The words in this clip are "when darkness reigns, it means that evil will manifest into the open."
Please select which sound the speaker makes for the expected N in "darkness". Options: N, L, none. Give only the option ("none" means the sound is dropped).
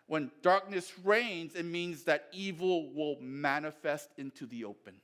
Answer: N